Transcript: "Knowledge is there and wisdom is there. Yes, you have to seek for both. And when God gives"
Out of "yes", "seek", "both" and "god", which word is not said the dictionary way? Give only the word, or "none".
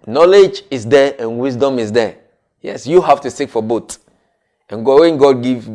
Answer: both